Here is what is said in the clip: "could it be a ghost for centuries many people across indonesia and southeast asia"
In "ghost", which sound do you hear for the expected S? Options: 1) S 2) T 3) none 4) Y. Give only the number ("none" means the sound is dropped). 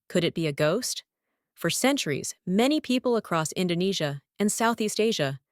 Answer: 1